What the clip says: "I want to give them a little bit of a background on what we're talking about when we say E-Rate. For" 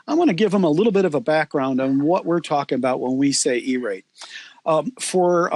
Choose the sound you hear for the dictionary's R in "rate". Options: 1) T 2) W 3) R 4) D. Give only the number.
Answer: 3